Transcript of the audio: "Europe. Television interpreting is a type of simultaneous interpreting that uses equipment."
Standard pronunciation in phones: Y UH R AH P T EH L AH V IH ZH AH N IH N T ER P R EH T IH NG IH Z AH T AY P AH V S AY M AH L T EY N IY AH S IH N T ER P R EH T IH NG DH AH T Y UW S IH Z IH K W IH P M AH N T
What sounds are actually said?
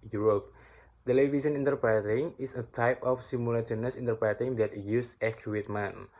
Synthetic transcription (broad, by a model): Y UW R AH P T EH L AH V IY S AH N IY N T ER P R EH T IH NG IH S AH T AY P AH F S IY M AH L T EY N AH S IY N T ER P R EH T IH NG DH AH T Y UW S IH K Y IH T M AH N